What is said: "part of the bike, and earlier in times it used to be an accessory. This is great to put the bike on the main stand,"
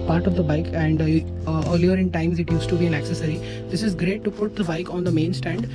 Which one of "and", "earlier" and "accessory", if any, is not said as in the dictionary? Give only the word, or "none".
none